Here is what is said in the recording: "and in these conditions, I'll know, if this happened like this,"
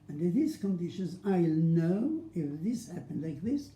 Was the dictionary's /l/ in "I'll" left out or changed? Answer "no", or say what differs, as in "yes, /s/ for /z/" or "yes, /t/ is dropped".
no